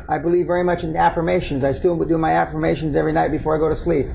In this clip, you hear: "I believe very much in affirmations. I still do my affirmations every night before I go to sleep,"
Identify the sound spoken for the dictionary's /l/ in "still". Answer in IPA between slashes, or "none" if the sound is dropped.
/w/